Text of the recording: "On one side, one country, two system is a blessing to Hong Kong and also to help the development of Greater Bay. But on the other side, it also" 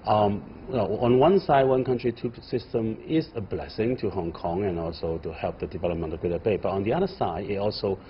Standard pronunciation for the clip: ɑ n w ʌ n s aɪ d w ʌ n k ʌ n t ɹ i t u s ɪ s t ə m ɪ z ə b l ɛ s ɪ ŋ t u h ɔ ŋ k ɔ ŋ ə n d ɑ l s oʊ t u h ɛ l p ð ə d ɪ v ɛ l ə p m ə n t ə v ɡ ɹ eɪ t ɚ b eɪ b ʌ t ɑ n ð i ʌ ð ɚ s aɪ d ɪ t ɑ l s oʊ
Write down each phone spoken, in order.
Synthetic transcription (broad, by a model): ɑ n w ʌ n s aɪ d w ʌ n k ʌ n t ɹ i t u s ɪ s t ə m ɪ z ə b l ɛ s ɪ ŋ t u h ɔ ŋ k ɔ ŋ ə n ɑ l s oʊ t u h ɛ l p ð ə d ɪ v ɛ l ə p m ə n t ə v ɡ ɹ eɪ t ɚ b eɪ b ʌ t ɑ n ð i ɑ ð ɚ s aɪ d ɪ t ɑ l s oʊ